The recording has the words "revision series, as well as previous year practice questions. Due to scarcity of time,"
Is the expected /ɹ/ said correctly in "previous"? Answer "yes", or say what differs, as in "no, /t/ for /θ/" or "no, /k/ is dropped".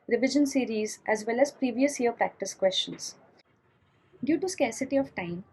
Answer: yes